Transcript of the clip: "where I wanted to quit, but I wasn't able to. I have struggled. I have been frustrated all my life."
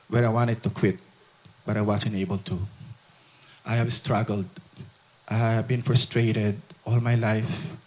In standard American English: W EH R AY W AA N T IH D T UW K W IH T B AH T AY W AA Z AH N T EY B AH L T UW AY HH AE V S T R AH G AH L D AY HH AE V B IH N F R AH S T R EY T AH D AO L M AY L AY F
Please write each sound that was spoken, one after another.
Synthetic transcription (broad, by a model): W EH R AY W AA N T IH D T UW K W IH T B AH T AY W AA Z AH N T EY B AH L T UW AY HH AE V S T R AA G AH L D AY HH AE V B IH N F R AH S T R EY T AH D AO L M AY L AY F